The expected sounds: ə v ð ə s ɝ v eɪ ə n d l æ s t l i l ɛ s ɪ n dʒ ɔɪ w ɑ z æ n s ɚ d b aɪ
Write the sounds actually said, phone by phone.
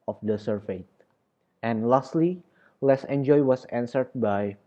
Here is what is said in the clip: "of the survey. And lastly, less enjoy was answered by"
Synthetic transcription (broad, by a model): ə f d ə s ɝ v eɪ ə n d l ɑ s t l i l ɛ s ɪ n dʒ ɔɪ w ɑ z æ n s ɚ d b aɪ